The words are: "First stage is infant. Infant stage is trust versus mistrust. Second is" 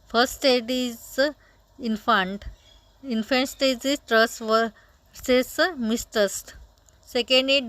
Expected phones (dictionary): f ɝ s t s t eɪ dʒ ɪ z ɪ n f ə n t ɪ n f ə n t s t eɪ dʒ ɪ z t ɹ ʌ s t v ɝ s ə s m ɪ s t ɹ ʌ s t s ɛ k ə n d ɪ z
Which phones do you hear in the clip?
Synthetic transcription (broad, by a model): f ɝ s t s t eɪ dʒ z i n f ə n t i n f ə n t s t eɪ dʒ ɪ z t ɹ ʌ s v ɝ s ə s m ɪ s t ʌ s t s ɛ k ə n d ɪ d